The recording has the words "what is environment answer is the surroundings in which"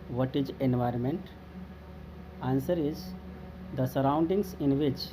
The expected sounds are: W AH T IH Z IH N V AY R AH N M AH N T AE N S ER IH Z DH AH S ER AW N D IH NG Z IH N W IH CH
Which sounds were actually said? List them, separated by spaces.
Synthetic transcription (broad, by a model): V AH T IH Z IH N V AY R AH N M AH N T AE N S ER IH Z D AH S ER AW N D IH NG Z IH N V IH CH